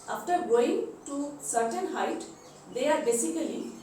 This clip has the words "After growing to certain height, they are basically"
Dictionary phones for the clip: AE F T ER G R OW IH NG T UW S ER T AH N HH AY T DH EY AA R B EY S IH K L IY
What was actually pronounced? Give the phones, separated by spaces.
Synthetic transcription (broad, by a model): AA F T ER G OW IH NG T UW S ER T AH N HH AY T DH EY AA R B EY S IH K L IY